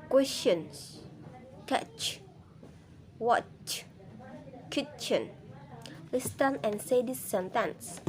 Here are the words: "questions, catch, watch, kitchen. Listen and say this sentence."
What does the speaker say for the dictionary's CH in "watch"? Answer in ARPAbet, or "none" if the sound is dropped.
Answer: CH